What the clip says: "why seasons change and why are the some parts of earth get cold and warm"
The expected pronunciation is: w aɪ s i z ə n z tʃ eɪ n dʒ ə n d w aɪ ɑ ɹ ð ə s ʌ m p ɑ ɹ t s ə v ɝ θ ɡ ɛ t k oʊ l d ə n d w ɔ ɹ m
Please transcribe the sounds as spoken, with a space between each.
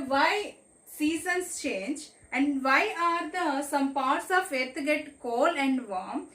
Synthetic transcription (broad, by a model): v aɪ s i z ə n s tʃ eɪ n dʒ ə n d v aɪ ɑ ɹ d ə s ʌ m p ɑ ɹ t s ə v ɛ t ɡ ɛ t k oʊ l ə n d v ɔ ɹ m